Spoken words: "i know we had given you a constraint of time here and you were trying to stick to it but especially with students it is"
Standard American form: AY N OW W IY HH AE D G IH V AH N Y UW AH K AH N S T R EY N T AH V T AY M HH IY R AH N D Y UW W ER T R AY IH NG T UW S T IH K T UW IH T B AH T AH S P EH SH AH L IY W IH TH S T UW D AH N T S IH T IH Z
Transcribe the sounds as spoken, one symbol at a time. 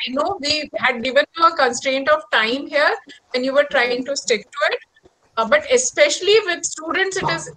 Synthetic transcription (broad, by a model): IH N OW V IY HH AE D G IH V AH N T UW AH K AH N S T R EY N T AH V T AY M HH IY R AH N Y UW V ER T R AY IH NG T UW S T IH K T UW IH T B AH T AH S P EH SH AH L IY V IH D S T UW D AH N T S IH T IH Z